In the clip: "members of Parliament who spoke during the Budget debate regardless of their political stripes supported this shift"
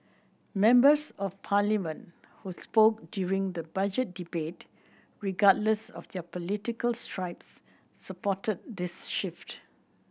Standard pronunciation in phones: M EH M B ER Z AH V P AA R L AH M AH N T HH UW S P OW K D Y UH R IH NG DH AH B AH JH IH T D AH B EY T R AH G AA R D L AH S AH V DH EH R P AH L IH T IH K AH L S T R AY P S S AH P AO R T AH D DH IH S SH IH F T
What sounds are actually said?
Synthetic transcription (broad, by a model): M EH M B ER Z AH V P AA L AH M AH N T HH UW S P OW K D Y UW R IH NG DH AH B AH JH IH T D AH B EY T R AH G AA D L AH S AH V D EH P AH L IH T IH K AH L S T R AY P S S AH P AO T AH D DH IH S SH IH F T